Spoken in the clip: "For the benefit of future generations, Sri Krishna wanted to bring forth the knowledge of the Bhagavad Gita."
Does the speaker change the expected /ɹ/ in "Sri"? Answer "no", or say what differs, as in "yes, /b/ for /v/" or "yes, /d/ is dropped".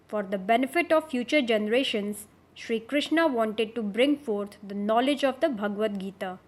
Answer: no